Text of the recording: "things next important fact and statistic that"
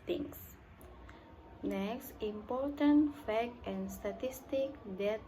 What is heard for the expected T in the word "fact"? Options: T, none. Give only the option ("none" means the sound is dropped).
none